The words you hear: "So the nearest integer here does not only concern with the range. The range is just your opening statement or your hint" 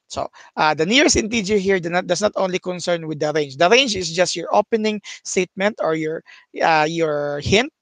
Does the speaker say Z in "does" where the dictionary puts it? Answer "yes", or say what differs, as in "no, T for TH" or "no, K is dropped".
no, S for Z